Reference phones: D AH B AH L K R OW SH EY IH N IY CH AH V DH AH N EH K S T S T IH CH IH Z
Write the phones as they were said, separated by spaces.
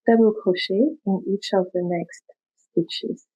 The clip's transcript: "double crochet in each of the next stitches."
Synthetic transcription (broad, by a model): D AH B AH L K OW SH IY IH N IY CH AH V DH AH N EH K S T S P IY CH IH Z